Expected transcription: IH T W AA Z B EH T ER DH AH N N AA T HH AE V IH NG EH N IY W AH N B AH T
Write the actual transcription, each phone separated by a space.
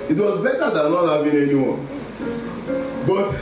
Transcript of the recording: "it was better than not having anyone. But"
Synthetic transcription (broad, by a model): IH T W AA Z B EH T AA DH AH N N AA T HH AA B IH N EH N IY W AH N B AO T